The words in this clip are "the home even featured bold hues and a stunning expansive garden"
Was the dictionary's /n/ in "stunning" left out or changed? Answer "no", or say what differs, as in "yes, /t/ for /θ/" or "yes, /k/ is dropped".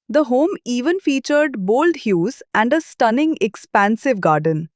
no